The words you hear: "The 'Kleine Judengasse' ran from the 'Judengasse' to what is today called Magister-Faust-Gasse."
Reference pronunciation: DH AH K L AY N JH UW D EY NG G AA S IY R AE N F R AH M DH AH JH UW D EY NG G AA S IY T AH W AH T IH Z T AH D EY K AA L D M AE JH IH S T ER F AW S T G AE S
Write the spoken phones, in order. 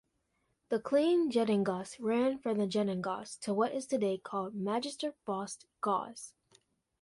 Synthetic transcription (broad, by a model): DH AH K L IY N JH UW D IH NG G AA S R AE N F R AH M DH AH JH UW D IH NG G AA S T AH W AH T IH Z T AH D EY K AA L D M AE JH IH S T ER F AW S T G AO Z